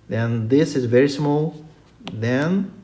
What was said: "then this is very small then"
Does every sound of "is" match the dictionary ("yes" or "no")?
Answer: yes